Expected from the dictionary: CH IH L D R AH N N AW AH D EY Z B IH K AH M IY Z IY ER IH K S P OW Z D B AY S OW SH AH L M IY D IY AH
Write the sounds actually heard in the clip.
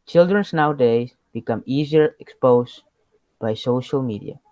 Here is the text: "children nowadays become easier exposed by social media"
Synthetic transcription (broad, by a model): CH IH L D R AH N N AW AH D EY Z B IH K AH M IY Z IY ER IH K S P OW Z B AY S OW SH AH L M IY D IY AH